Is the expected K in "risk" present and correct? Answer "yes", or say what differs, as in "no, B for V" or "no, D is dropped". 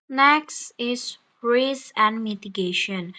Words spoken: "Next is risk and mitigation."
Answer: no, K is dropped